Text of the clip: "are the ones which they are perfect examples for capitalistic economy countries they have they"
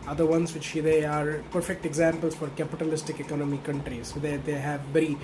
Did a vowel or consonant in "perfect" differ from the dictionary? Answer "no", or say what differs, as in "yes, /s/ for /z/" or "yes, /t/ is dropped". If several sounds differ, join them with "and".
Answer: no